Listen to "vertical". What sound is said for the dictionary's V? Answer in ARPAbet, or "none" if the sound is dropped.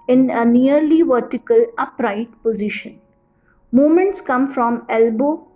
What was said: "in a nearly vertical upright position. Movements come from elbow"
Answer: V